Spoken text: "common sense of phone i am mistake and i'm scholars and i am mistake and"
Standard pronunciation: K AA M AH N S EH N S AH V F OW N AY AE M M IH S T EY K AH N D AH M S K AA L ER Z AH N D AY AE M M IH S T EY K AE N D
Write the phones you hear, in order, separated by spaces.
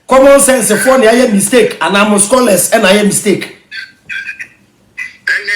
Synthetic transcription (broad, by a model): K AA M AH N S EH N S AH F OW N AY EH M M IH S T EY K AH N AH M S K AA L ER S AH N AY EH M M IH S T EY K